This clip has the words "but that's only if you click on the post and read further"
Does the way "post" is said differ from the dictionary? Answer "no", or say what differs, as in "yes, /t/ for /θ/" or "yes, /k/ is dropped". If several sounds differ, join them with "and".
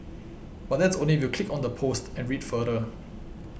no